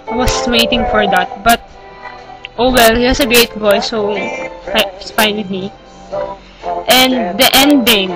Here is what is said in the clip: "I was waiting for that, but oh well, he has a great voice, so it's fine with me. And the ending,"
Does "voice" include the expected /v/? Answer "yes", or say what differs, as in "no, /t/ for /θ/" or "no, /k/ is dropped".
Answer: no, /b/ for /v/